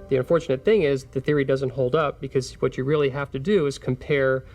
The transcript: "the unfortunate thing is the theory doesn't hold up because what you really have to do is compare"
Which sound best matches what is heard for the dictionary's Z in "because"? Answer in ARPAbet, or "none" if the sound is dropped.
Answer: Z